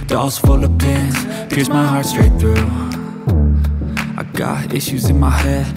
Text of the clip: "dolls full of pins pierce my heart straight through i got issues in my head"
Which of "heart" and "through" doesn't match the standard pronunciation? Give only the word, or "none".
none